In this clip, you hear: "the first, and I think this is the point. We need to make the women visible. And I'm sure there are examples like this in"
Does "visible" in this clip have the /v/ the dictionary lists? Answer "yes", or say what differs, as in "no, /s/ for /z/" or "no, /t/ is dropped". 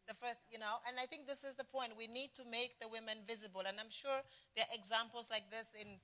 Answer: yes